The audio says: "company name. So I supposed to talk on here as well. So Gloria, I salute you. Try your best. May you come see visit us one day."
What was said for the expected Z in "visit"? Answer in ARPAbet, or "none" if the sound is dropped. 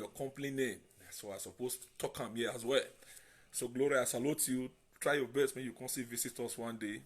S